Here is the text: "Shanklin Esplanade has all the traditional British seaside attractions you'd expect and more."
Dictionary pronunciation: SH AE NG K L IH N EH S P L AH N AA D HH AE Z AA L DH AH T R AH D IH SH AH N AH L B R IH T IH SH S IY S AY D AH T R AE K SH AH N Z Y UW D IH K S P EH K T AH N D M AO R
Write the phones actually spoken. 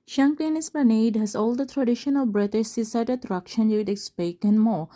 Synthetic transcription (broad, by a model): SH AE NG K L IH N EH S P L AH N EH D HH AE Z AA L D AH T R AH D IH SH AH N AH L B R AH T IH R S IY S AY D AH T R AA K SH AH N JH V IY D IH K S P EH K AH N M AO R